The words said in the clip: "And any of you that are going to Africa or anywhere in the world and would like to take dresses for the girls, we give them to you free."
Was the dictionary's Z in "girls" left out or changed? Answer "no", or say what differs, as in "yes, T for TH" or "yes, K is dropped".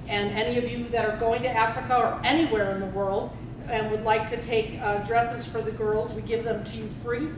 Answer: no